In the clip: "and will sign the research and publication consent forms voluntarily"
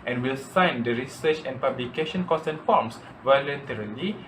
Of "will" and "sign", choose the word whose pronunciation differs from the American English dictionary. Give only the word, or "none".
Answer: none